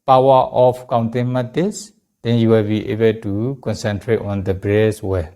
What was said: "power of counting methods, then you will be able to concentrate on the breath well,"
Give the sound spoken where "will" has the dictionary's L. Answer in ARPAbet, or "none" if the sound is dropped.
L